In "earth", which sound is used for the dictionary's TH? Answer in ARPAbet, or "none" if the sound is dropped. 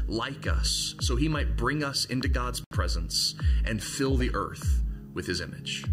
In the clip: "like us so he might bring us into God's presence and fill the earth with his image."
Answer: TH